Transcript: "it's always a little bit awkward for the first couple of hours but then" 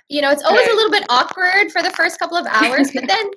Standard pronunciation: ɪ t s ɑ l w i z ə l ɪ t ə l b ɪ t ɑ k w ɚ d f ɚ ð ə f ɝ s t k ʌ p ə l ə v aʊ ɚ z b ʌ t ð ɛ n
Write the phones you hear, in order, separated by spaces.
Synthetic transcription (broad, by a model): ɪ t s ɑ l w i z ə l ɪ t l b ɪ t ɑ k w ɚ d f ɚ ð ə f ɝ s t k ʌ p l ə v aʊ ɚ z b ʌ t ð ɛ n